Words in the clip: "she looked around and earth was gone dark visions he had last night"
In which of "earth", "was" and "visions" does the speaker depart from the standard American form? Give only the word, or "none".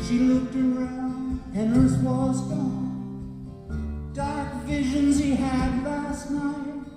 earth